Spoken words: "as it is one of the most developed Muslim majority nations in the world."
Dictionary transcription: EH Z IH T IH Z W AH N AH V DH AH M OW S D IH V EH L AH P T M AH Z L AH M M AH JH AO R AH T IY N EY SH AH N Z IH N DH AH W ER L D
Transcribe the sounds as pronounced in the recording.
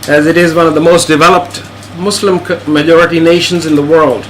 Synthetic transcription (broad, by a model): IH Z IH T IH Z W AH N AH V DH AH M OW S D IH V EH L AH P T M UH S L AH M M AH JH AO R AH T IY N EY SH AH N Z IH N DH AH W ER L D